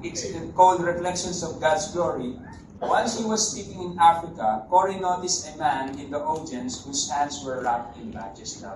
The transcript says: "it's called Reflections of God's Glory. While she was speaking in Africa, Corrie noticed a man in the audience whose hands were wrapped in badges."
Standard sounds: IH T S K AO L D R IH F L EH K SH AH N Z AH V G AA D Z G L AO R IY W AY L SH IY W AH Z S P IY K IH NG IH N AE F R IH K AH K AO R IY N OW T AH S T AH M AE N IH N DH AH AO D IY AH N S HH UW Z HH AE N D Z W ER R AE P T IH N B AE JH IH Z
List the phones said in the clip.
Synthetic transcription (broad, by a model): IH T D K AO L D R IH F L EH K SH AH N S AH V G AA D S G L AO R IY W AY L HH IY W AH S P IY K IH NG IH N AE F R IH K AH K AO R IY N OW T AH S AH M AE N IH N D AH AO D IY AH N S HH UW S HH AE N D S W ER R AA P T IH N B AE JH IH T